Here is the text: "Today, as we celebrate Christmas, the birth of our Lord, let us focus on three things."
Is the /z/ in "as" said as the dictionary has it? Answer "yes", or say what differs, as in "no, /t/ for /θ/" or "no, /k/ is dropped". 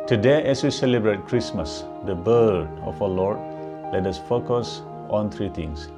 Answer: no, /s/ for /z/